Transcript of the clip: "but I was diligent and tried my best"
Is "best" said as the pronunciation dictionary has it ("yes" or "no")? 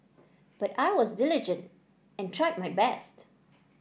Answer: yes